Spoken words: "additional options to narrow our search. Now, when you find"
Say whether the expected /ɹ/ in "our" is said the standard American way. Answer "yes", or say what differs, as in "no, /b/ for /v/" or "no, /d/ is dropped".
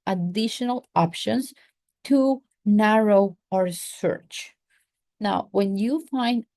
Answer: yes